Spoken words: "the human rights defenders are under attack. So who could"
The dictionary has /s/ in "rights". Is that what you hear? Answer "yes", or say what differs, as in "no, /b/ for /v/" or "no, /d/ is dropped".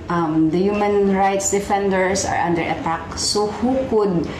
yes